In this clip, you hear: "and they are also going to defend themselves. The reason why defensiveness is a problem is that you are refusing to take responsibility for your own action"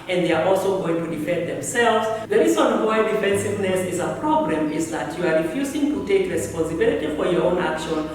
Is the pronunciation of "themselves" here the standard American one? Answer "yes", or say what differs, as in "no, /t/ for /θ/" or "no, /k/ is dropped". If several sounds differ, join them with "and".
yes